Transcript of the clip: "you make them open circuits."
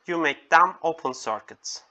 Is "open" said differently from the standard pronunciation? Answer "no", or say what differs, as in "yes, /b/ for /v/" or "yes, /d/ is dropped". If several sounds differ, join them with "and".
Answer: no